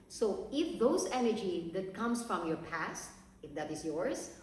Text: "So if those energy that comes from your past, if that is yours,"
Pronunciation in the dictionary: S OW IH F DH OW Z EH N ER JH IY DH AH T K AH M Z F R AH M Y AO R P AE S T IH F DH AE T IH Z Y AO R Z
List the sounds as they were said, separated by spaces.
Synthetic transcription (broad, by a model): S OW IH F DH OW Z EH N ER JH IY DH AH T K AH M S F R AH M Y AO R P AE S T IH F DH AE T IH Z Y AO R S